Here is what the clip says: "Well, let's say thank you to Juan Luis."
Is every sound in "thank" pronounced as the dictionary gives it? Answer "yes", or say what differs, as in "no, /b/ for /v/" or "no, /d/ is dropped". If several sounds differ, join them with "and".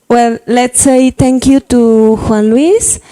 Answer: no, /t/ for /θ/